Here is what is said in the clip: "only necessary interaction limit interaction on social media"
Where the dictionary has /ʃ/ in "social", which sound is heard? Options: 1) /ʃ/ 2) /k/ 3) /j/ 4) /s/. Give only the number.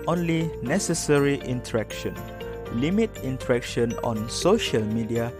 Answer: 1